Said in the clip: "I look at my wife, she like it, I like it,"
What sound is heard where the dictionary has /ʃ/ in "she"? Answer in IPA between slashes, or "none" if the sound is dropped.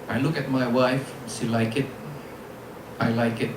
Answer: /s/